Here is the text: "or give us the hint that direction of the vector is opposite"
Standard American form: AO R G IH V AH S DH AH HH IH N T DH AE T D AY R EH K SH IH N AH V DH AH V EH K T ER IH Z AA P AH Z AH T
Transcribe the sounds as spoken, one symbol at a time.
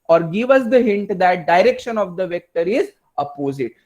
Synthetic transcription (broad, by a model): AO R G IH V AH S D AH HH IH N T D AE T D AY R EH K SH IH N AH V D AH V EH K T ER IH Z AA P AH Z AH T